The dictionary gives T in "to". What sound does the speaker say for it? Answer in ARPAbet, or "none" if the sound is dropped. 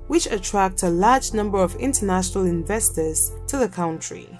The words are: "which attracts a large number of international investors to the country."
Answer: T